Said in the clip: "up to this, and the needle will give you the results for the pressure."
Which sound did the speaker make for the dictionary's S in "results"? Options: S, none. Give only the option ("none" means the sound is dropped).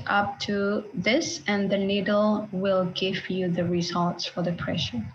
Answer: S